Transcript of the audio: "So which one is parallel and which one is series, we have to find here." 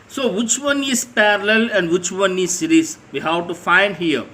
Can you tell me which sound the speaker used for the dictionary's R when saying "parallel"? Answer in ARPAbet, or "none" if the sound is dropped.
R